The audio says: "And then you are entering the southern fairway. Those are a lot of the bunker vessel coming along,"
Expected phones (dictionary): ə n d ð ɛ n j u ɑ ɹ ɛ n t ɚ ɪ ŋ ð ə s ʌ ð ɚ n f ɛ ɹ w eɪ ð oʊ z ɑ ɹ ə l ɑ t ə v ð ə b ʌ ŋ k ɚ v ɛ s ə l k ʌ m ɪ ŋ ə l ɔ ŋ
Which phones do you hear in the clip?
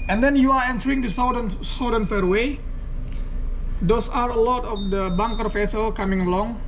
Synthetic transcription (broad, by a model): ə n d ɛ n j u ɑ ɹ ɛ n t ɚ ɪ ŋ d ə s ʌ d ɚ n f ɛ ɹ w eɪ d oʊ s ɑ ɹ ə l ɑ t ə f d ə b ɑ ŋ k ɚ f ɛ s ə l k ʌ m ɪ ŋ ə l ɔ ŋ